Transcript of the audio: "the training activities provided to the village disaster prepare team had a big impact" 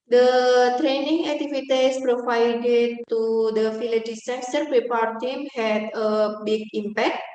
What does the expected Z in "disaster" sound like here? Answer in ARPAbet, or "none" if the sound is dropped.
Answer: S